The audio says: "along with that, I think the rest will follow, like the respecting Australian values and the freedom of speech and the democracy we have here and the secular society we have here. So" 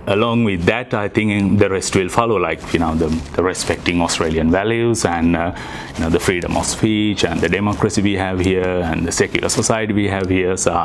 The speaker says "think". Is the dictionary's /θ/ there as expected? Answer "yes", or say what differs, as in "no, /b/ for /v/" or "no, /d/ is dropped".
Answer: no, /t/ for /θ/